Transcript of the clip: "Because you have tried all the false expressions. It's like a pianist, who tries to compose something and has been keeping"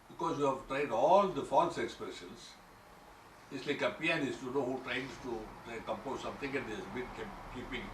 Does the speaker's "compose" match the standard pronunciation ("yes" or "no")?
yes